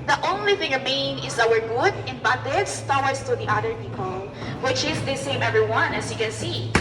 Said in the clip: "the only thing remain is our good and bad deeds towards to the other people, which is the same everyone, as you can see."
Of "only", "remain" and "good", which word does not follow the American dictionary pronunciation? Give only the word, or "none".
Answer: remain